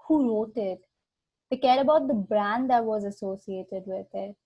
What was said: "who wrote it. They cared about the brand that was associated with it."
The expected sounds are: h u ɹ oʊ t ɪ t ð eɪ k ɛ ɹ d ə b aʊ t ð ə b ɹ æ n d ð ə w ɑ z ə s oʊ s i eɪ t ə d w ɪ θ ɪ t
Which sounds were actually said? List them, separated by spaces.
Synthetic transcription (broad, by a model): h u ɹ oʊ t ɪ t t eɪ k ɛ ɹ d ə b aʊ t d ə b ɹ æ n d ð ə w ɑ z ə s oʊ s i eɪ t ə d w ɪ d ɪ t